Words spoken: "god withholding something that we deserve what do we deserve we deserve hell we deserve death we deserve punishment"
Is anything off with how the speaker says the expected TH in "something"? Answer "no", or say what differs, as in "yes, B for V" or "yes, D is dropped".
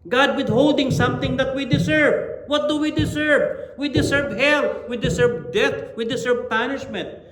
yes, T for TH